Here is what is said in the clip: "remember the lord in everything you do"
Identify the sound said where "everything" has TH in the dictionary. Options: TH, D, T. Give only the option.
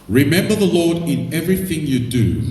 TH